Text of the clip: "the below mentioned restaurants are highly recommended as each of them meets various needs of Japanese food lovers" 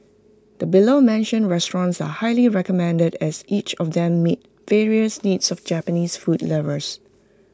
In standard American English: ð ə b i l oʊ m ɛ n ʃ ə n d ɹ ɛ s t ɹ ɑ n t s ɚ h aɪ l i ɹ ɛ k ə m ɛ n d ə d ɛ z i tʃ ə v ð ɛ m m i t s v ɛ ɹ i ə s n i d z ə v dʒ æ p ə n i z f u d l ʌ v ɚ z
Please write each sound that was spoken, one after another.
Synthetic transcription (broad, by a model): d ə b i l oʊ m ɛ n ʃ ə n ɹ ɛ s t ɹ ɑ n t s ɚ h aɪ l i ɹ ɛ k ə m ɛ n d ə d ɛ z i tʃ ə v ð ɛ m m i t v ɛ ɹ i ə s n i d s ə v dʒ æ p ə n i s f u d l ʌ v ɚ s